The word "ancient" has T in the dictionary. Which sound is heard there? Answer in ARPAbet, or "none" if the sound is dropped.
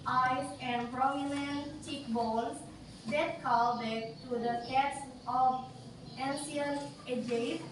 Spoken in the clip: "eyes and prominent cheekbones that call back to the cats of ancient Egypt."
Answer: none